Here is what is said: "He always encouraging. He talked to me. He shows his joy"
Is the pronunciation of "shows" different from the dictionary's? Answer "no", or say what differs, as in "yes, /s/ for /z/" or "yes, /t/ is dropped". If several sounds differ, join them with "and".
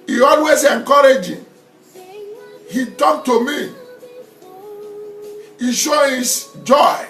yes, /z/ is dropped